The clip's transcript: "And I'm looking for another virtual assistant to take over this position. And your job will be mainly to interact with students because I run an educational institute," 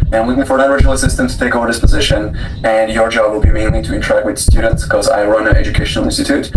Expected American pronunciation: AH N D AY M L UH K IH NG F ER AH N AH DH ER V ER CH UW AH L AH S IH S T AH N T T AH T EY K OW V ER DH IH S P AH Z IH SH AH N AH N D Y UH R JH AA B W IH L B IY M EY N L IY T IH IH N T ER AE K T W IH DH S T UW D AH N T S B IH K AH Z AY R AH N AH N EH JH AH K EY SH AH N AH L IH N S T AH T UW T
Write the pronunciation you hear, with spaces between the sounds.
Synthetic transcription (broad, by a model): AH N AY M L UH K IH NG F ER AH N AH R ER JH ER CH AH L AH S IH S T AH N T T AH T EY K OW V ER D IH S P AH Z IH SH AH N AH N Y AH R JH AA B W IH L B IY M EY N L IY T IH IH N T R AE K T W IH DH S T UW D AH N T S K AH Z AY R AH N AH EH JH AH K EY SH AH N L IH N S T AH T UW T